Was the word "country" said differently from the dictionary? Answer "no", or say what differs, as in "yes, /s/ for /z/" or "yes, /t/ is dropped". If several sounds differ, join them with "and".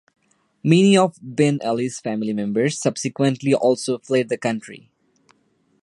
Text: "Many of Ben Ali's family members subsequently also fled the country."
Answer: no